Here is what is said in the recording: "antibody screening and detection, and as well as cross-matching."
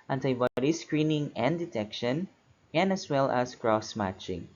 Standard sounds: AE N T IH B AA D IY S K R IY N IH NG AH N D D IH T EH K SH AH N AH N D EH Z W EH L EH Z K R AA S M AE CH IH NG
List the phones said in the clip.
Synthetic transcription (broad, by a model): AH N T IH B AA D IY S K R IY N IH NG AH N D D IH T EH K SH AH N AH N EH S W EH L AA S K R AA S M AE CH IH NG